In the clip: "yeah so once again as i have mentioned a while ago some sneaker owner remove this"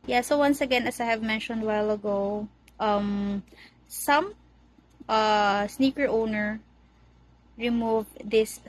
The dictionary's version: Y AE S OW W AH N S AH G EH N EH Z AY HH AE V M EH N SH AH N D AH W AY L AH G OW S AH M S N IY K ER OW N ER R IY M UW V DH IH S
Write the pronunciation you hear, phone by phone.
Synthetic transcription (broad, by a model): Y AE S OW W AH N S AH G EH N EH S AY HH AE V M EH N SH AH N D W AY L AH G OW S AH M S N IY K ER OW N ER R IY M UW V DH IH S